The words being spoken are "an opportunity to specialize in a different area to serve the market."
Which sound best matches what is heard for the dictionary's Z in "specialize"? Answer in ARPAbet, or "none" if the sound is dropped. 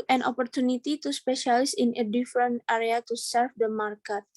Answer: S